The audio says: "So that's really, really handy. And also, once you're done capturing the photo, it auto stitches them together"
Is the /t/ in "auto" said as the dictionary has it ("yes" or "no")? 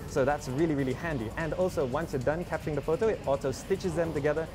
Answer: no